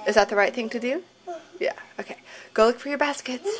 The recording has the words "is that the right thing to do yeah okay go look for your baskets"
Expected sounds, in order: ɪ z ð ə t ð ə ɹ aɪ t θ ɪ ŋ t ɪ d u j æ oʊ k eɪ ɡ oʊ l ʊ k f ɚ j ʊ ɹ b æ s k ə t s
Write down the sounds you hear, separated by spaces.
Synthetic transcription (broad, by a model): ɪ z ð ə t ð ə ɹ aɪ t θ ɪ ŋ t ɪ d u j æ oʊ k eɪ ɡ oʊ l ʊ k f ɚ j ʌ ɹ b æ s k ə t s